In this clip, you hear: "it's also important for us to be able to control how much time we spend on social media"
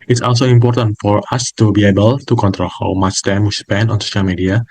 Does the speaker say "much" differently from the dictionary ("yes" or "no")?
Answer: yes